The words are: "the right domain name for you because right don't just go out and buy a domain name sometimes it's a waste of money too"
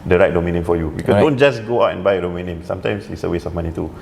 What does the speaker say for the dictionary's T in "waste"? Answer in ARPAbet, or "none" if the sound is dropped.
none